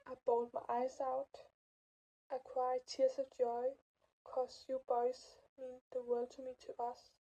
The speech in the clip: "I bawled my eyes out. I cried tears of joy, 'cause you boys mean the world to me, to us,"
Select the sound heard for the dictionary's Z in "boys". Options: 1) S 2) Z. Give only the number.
1